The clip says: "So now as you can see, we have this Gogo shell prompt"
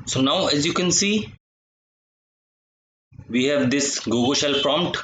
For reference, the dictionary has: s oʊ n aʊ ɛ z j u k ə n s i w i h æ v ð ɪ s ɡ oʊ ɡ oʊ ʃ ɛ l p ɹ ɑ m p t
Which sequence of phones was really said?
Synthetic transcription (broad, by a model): s oʊ n aʊ ɛ z j u k ə n s i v i h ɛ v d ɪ s ɡ oʊ ɡ oʊ ʃ ɛ l p ɹ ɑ m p t